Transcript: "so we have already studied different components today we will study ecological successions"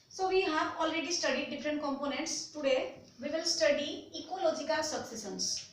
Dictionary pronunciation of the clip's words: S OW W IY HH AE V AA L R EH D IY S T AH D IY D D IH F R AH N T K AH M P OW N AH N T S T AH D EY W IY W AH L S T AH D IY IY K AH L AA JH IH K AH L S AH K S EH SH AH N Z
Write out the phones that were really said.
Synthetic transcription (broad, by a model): S OW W IY HH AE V AA L R EH D IY S T AH D IY D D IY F R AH N T K AH M P OW N AH N T S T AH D EY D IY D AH L S T AH D IY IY K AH L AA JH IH K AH L S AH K S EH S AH N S